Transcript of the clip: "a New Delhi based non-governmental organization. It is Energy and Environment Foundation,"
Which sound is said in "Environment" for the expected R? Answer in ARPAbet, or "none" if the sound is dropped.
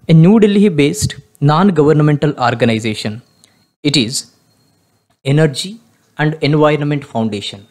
R